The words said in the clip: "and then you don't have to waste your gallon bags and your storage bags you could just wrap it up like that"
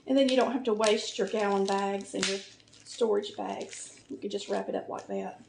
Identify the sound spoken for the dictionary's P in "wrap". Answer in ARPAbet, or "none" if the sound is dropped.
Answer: P